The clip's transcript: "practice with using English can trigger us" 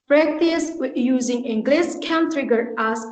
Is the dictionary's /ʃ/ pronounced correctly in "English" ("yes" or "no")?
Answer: no